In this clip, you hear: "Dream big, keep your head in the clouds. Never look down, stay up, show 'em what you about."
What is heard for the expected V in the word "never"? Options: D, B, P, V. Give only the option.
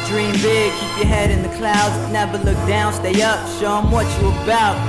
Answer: B